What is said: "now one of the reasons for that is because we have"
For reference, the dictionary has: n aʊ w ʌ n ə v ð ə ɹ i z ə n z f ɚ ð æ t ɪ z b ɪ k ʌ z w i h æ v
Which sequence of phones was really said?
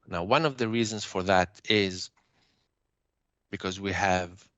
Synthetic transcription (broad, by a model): n aʊ w ʌ n ə v ð ə ɹ i z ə n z f ɚ ð æ t ɪ z b ɪ k ʌ z w i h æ v